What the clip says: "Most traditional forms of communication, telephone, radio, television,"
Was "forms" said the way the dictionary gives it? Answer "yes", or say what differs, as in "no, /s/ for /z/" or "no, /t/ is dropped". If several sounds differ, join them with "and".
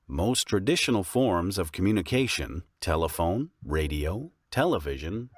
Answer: yes